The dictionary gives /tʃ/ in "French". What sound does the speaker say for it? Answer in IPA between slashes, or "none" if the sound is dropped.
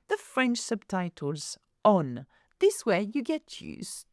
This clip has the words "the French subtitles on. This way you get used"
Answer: /tʃ/